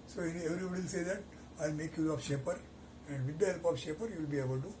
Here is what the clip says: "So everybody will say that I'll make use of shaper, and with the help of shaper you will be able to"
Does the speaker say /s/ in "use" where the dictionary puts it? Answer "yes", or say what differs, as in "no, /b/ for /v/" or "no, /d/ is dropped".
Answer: no, /s/ is dropped